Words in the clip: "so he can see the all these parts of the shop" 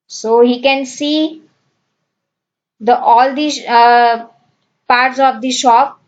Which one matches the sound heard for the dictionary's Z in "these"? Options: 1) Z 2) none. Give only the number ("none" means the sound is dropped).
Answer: 2